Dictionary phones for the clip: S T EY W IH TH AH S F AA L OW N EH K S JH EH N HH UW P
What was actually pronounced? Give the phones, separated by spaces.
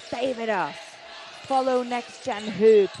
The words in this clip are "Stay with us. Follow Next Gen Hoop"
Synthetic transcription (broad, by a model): S EY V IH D AH S F AA L OW N EH K S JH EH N HH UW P